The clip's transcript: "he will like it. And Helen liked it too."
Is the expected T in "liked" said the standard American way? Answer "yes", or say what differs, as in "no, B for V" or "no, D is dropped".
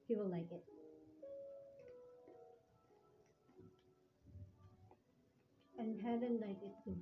no, T is dropped